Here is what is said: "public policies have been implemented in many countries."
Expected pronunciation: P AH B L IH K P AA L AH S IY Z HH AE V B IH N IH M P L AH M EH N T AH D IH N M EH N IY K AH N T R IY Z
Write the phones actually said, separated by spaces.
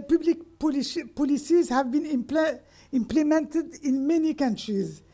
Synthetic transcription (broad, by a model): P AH B L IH K P AA L AH S IY Z HH AE V B IH N IH M P L AH M EH N T AH D IH N M EH N IY K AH N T R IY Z